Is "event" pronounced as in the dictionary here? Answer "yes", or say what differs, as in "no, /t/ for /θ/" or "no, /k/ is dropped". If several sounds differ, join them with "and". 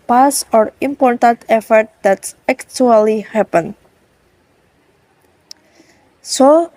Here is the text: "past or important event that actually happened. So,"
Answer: no, /f/ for /v/